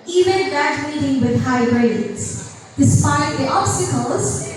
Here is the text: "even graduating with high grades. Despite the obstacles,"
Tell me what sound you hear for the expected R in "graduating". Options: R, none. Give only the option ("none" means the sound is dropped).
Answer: none